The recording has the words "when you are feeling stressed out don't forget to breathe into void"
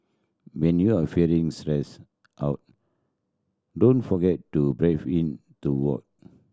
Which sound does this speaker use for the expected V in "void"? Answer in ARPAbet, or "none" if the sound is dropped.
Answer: W